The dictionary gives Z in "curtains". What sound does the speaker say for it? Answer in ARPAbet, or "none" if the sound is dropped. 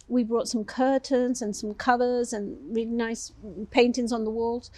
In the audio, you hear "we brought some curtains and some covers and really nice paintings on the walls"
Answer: Z